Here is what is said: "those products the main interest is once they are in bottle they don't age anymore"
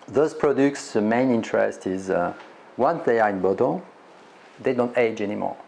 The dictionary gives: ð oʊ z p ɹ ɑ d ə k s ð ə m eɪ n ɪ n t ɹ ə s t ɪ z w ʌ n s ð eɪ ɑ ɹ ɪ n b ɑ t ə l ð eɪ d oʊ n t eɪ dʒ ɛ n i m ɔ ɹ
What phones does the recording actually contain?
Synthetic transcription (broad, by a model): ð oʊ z p ɹ ɑ d ə k s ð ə m eɪ n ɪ n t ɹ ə s t ɪ z w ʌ n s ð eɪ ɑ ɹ ɪ n b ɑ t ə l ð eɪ d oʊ n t eɪ dʒ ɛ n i m ɔ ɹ